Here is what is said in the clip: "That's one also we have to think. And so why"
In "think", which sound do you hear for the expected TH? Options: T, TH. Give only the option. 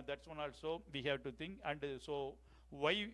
T